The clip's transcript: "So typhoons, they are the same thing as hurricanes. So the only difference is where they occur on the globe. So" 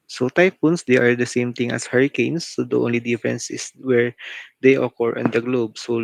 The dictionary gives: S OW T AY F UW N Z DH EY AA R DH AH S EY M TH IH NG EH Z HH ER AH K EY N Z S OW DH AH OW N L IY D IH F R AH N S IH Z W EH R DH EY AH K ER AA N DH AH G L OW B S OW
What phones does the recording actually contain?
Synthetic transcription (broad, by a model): S OW T AY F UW N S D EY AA R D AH S EY M T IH NG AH S HH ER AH K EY N S OW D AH OW N L IY D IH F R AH N S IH S W EH R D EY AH K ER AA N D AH G L OW B S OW